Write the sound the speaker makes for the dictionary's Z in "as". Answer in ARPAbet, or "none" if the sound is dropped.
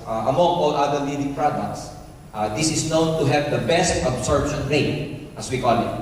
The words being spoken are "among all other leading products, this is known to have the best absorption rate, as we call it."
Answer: S